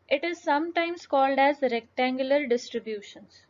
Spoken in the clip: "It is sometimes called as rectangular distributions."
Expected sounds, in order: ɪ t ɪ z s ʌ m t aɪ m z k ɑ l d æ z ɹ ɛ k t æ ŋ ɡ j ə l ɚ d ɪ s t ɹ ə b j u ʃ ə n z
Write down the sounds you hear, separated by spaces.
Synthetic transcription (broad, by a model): ɪ t ɪ z s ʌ m t aɪ m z k ɑ l d æ z ɹ ɛ k t æ ŋ ɡ j ə l ɚ d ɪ s t ɹ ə b j u ʃ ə n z